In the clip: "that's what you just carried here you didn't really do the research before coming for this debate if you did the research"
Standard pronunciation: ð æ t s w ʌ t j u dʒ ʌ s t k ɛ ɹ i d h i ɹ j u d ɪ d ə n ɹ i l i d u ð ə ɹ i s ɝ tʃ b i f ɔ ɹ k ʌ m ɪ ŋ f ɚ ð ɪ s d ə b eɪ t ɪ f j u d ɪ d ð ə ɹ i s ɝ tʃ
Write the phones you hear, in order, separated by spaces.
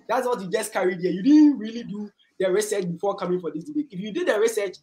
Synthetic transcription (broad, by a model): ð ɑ t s w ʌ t j u dʒ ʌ s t k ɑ ɹ i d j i j u d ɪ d n ɹ i l i d u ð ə ɹ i s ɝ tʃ b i f ɔ k ʌ m ɪ ŋ f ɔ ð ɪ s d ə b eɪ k ɪ f j u d ɪ d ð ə ɹ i s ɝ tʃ